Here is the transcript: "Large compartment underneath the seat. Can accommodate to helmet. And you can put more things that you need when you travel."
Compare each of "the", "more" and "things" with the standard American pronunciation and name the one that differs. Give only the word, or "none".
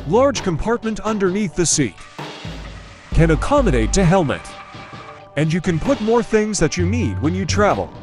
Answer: none